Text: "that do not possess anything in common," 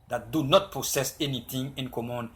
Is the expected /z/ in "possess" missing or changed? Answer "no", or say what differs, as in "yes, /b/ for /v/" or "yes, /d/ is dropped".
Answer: yes, /s/ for /z/